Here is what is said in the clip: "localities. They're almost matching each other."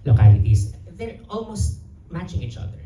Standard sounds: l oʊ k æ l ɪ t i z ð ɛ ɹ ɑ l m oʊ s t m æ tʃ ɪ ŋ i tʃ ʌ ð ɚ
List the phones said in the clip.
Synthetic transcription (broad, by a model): l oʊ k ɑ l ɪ t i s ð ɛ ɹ ɑ l m oʊ s t m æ tʃ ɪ ŋ i tʃ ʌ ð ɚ